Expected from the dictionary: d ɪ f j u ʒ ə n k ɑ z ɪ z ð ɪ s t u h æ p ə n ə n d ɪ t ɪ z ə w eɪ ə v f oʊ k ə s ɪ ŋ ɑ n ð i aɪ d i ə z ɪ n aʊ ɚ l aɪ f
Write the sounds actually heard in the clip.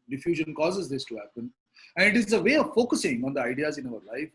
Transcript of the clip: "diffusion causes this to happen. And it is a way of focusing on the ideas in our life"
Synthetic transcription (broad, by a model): d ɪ f j u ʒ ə n k ɑ z ɪ z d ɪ s t u h æ p ə n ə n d ɪ t ɪ z ə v eɪ ə v f oʊ k ə s ɪ ŋ ɑ n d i aɪ d i ə z ɪ n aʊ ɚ l aɪ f